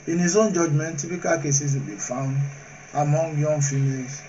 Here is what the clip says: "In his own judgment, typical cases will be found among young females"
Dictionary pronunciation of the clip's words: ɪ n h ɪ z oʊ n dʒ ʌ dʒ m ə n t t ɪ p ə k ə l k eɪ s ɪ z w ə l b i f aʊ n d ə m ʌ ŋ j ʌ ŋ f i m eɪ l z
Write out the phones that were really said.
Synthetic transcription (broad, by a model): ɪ n h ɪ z oʊ n dʒ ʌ dʒ m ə n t t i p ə k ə l k eɪ s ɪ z w ə l b i f aʊ n d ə m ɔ ŋ j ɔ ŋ f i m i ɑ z